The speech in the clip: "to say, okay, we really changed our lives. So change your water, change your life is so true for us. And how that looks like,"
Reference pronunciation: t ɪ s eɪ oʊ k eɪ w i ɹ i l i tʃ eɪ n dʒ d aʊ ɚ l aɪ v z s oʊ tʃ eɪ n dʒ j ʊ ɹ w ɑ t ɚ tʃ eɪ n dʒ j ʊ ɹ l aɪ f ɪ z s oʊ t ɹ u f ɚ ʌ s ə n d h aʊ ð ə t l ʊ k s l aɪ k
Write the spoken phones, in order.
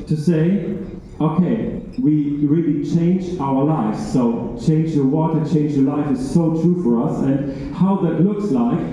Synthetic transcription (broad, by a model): t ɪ s eɪ oʊ k eɪ w i ɹ i l i tʃ eɪ n dʒ aʊ ɚ l aɪ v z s oʊ tʃ eɪ n dʒ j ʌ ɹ w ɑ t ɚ tʃ eɪ n dʒ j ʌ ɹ l aɪ f ɪ z s oʊ t ɹ u f ɚ ʌ s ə n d h aʊ ð ə t l ʊ k s l aɪ k